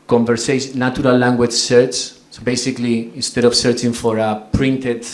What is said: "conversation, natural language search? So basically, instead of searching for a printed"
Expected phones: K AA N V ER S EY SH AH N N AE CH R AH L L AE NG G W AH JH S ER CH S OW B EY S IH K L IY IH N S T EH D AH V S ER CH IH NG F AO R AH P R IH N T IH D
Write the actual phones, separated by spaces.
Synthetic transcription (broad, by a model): K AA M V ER S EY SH N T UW R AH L L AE NG G W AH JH S ER CH S OW B EY S IH K L IY IH N S T EH D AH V S ER CH IH NG F AO R AH P R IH N T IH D